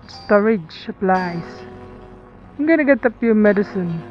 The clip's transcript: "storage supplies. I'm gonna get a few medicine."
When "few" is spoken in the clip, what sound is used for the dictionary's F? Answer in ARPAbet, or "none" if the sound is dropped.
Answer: P